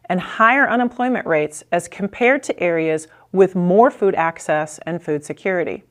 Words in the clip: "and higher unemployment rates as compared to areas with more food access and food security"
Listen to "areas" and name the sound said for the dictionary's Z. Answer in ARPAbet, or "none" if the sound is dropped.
Z